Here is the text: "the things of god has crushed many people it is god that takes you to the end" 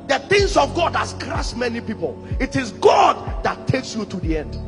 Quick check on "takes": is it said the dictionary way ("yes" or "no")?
yes